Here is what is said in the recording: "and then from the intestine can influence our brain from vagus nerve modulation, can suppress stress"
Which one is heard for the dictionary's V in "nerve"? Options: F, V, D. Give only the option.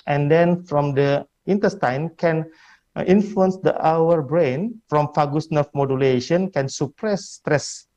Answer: F